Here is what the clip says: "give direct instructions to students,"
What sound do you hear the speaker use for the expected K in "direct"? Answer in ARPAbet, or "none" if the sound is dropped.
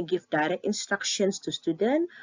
none